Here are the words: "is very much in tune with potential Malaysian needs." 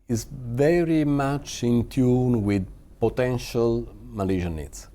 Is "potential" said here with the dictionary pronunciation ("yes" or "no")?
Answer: yes